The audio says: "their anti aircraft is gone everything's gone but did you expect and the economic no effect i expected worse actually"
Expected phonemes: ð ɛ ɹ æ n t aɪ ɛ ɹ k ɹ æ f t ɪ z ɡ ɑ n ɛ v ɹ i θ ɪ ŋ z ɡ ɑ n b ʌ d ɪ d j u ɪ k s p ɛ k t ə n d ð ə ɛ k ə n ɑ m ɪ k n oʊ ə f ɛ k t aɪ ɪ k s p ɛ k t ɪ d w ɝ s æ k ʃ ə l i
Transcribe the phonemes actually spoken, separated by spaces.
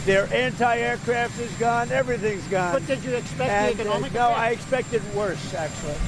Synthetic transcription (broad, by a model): ð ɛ ɹ æ n t aɪ ɛ ɹ k ɹ æ f t ɪ z ɡ ɑ n ɛ v ɹ i θ ɪ ŋ z ɡ ɑ n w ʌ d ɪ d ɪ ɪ k s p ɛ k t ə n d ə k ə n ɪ n oʊ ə aɪ ɪ k s p ɛ k t ɪ d w ɝ s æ k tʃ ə l i